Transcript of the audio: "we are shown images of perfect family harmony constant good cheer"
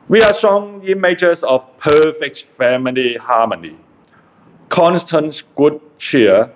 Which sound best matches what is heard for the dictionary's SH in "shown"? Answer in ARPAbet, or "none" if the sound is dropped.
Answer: S